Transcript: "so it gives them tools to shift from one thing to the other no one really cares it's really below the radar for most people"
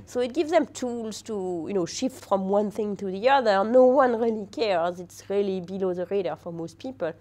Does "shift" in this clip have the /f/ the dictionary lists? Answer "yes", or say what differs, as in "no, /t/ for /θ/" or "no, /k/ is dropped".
yes